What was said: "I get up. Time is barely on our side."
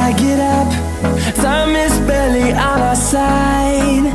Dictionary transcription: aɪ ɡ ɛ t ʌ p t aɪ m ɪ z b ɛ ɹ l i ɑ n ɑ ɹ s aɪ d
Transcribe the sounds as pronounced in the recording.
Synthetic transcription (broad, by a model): aɪ ɡ ɛ t ʌ p s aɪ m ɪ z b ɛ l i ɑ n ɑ s aɪ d